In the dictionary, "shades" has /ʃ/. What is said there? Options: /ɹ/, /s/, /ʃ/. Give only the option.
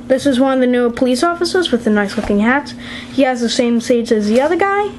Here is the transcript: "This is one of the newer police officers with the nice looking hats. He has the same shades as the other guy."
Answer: /s/